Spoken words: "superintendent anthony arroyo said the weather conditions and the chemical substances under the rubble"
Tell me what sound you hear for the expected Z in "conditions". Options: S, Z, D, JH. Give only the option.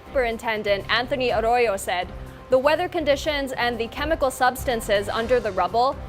Z